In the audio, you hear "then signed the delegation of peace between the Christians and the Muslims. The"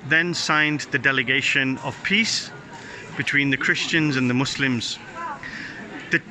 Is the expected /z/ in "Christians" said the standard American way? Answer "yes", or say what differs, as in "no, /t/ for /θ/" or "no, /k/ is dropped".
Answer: yes